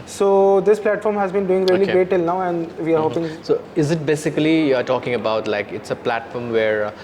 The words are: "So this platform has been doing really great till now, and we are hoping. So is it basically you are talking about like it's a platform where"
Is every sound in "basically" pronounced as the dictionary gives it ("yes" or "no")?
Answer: no